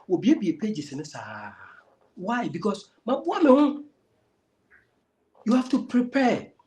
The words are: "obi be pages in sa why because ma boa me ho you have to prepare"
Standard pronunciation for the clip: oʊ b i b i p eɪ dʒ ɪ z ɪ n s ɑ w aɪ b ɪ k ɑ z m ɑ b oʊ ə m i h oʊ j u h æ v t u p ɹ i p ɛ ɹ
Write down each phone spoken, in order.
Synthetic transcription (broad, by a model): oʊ b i b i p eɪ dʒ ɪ s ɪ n s ɑ w aɪ b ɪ k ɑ s m ɑ b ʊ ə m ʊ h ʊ j u h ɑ f t u p ɹ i p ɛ